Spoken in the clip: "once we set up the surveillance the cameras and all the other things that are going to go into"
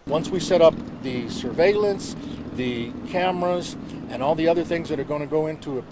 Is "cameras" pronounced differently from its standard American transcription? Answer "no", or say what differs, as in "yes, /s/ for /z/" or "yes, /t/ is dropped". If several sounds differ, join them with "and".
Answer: no